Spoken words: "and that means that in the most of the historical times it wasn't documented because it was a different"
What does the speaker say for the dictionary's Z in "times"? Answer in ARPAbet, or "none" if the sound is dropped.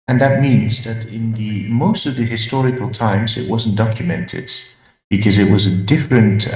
Z